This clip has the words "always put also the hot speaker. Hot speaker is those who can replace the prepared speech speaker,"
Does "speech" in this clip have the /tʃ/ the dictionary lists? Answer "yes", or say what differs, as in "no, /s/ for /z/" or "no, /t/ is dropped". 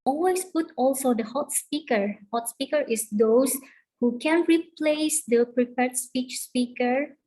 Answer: yes